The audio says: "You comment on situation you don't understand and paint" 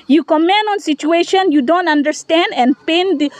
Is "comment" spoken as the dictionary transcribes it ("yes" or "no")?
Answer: no